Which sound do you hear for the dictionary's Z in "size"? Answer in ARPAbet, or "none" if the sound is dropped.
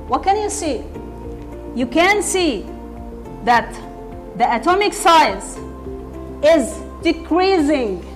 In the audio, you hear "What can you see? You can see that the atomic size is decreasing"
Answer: S